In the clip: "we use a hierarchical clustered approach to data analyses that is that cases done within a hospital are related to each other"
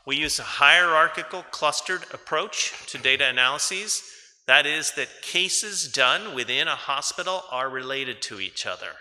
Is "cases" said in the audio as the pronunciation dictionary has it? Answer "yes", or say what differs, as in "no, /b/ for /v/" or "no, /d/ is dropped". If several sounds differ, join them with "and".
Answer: yes